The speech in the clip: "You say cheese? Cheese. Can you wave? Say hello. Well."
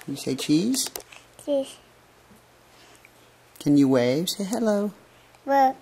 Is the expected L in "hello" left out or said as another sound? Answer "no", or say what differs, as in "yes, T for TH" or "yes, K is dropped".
no